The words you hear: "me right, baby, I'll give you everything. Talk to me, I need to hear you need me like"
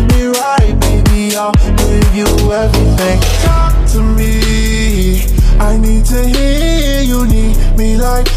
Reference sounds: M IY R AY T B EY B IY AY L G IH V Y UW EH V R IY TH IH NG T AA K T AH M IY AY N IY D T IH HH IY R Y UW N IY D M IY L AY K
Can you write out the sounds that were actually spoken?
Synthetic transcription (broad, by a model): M IY R AY T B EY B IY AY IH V Y UW EH V R IY TH IH NG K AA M T AH M IY AY N IY D T IH HH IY Y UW N IY D M IY L AY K